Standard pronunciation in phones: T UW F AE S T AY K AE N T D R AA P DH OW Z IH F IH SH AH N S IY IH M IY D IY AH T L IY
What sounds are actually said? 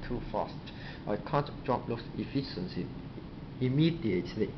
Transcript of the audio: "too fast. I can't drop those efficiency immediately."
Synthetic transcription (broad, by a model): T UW F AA S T AY K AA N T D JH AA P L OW S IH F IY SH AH N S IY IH M IY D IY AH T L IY